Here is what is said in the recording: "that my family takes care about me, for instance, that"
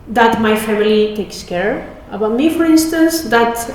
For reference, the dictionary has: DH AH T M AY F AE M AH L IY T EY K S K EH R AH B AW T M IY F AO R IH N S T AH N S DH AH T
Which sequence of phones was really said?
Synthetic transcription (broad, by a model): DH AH T M AY F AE M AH L IY T EY K S K EH R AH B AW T M IY F AO R IH N S T AH N S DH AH T